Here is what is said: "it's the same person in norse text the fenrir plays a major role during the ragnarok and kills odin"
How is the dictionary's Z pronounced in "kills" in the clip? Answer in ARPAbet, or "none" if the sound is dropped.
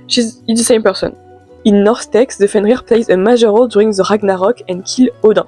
none